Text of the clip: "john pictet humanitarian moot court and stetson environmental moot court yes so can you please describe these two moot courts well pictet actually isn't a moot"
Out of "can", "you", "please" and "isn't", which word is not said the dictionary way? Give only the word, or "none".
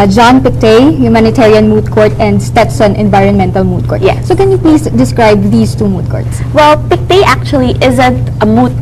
please